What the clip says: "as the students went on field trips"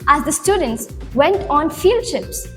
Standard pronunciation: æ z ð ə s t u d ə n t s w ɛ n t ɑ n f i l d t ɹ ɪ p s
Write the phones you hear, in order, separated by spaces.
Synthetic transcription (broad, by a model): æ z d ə s t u d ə n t s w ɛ n t ɑ n f i l d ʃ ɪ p s